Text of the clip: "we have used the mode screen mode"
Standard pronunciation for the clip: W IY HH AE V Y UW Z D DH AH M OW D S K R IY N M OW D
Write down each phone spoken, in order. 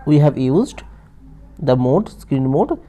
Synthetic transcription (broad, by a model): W IY HH AE V Y UW Z D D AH M OW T S K R IY N M OW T